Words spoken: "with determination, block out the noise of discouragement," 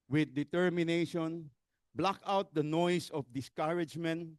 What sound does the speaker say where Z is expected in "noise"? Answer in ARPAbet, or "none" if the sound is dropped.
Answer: S